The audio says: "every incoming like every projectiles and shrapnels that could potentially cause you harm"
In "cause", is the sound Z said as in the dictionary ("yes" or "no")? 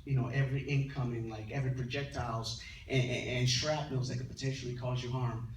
yes